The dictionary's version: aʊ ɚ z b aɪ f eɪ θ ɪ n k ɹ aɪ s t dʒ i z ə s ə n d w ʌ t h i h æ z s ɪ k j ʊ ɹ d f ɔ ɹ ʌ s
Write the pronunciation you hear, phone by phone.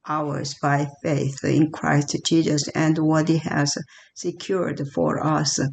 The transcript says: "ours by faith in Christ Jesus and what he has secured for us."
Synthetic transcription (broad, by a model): aʊ ɚ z b aɪ f eɪ θ ɪ n k ɹ aɪ s t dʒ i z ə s ə n d w ʌ t h i h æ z s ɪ k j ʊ ɹ d f ɔ ɹ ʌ s